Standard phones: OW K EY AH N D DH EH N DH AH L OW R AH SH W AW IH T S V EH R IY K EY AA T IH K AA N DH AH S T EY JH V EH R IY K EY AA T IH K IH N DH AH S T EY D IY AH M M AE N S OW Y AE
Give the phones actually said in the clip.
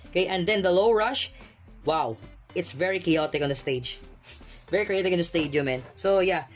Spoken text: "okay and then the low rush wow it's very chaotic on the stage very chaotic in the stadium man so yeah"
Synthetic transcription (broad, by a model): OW K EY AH N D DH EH N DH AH L OW R AH SH W AW IH T S V EH R IY K EY AA T IH K AA N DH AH S T EY JH V EH R IY K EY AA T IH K IH N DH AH S T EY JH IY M M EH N S OW Y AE